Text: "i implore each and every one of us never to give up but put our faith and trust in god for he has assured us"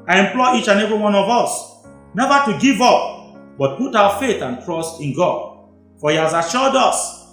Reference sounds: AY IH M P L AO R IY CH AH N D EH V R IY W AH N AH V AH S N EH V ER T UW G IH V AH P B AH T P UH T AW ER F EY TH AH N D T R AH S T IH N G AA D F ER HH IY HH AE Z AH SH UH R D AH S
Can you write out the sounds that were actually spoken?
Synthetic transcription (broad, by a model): AY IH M P L AO IY CH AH N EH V IY W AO N AH V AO S N EH V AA T UW G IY V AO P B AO T P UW T AW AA F EY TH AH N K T R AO S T IH N G AA D F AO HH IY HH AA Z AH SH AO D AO S